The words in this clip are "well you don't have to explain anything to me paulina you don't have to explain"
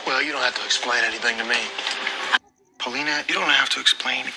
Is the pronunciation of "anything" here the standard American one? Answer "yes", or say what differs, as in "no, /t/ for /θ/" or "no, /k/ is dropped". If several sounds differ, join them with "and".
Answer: yes